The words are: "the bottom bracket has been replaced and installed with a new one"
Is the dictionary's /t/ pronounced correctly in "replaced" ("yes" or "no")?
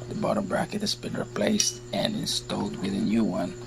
yes